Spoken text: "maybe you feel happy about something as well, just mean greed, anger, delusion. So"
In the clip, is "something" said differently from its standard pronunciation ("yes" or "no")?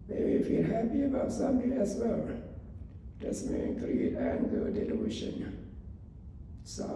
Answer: yes